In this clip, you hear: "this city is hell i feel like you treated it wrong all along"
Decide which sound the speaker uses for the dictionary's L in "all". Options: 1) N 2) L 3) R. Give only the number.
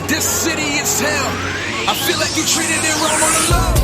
1